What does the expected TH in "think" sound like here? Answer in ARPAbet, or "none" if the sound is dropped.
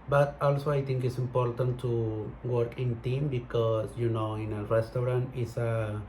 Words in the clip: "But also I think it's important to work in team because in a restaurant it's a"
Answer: T